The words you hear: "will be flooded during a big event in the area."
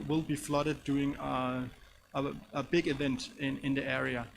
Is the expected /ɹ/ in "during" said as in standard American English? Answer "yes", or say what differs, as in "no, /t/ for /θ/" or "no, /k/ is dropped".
no, /ɹ/ is dropped